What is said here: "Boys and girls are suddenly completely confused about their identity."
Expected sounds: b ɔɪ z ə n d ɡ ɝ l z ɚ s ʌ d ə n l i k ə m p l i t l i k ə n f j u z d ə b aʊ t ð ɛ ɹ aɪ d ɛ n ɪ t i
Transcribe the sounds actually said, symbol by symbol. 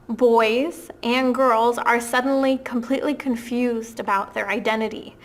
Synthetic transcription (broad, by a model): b ɔɪ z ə n ɡ ɝ l z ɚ s ʌ d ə n l i k ə m p l i t l i k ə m f j u z d ə b aʊ t ð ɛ ɹ aɪ d ɛ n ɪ t i